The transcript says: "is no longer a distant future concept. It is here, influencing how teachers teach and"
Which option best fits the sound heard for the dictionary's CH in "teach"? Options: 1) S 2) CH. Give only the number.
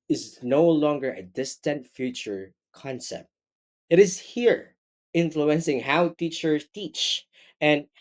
2